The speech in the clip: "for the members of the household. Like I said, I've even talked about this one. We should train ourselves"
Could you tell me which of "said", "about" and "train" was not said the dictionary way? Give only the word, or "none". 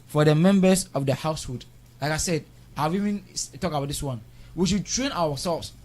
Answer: none